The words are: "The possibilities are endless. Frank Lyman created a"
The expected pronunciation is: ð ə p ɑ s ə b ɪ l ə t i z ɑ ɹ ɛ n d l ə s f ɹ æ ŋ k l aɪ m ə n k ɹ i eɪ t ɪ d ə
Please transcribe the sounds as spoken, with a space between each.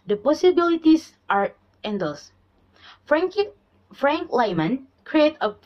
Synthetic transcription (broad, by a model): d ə p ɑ s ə b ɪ l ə t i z ɑ ɹ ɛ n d ə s f ɹ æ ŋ k l aɪ m ə n k ɹ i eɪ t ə